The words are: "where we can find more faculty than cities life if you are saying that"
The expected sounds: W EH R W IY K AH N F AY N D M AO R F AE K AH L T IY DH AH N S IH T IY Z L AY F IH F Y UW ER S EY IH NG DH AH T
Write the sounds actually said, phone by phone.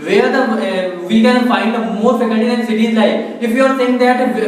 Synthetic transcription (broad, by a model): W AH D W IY K AH N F AY N D M AO R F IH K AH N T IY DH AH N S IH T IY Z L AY IH F Y UW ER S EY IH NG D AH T